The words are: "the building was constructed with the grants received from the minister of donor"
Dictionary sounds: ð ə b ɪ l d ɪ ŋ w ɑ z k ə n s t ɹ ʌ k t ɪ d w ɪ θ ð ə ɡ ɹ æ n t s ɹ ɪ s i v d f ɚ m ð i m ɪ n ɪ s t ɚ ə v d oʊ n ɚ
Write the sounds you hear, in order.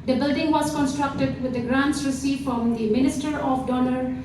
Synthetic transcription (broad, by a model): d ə b ɪ l d ɪ ŋ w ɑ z k ə n s t ɹ ʌ k t ɪ d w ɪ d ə ɡ ɹ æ n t s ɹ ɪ s i f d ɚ m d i m ɪ n ɪ s t ɚ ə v d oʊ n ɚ